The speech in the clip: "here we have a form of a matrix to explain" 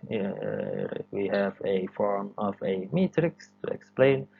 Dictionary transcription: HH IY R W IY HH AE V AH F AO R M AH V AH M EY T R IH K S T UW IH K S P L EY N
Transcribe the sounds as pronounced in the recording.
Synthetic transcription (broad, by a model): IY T W IY HH AE V AH F AO R M AH V AH M EY T R IH K S T UW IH K S P L EY N